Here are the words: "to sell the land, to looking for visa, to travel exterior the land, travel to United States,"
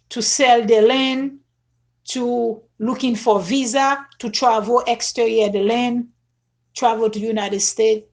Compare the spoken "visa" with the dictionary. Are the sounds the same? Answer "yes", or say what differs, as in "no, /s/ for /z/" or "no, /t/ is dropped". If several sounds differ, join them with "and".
yes